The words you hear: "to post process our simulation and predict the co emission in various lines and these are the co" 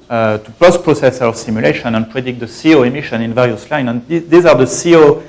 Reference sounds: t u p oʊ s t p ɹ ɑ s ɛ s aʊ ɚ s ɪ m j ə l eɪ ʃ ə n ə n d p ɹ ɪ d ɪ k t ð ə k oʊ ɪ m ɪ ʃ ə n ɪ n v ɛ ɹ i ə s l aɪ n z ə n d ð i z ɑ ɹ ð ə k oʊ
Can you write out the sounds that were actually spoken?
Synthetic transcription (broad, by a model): t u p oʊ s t p ɹ ɑ s ɛ s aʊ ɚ s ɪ m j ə l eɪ ʃ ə n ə n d p ɹ ɪ d ɪ k t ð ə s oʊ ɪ m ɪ ʃ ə n ɪ n v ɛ ɹ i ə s l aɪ n ə n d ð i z ɑ ɹ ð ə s oʊ